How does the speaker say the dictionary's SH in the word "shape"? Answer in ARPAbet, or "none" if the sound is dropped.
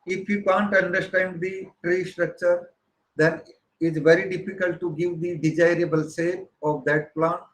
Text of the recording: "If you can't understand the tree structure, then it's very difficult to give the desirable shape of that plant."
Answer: S